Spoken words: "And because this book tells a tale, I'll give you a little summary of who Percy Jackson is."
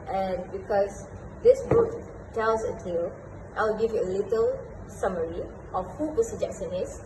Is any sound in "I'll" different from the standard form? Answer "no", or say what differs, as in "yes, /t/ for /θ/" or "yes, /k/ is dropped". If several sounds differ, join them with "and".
yes, /w/ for /l/